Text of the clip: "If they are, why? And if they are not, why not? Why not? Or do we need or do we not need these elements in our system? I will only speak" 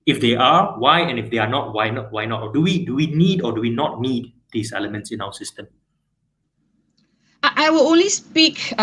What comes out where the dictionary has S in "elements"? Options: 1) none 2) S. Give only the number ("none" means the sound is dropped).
2